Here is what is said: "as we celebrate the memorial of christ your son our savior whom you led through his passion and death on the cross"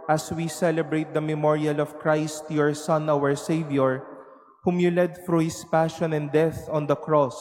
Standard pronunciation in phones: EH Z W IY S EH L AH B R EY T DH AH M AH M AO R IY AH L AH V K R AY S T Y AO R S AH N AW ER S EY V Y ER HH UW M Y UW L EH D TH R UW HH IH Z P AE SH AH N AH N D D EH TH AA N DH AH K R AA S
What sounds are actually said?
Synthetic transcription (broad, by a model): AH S W IY S EH L AH B R EY T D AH M AH M AO R IY AH L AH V K R AY S T Y AO R S AH N AW ER S EY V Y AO HH UW M Y UW L EH D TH R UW HH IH S P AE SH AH N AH N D D EH TH AA N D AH K R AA S